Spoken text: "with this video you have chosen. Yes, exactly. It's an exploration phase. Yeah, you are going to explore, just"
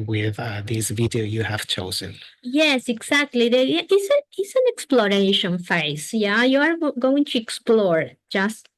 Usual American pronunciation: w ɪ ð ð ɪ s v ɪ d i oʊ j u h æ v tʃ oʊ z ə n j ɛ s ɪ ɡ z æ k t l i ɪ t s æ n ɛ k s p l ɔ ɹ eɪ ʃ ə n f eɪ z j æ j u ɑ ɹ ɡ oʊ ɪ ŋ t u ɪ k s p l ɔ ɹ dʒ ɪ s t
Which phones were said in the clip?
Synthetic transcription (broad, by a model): w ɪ ð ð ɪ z v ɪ d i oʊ j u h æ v tʃ oʊ z ə n j ɛ s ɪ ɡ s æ k t l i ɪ t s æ n ɛ k s p l ɔ ɹ eɪ ʃ ə n f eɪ s j æ j u ɑ ɹ ɡ oʊ ɪ ŋ t u ɪ k s p l ɔ ɹ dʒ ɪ s t